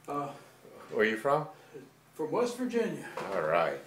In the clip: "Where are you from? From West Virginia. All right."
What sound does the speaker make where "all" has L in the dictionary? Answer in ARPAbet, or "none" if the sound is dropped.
L